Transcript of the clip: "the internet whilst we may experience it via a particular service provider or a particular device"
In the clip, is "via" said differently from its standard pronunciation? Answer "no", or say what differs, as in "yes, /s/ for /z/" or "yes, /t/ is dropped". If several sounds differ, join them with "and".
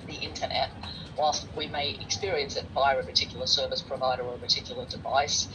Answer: yes, /b/ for /v/